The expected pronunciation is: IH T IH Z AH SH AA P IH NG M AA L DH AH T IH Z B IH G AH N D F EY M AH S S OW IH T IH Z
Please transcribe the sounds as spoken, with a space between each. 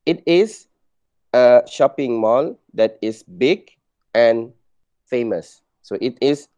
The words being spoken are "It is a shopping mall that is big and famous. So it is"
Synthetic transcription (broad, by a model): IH T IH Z AH SH AA P IH NG M AA L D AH T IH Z B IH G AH N F EY M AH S S OW IH T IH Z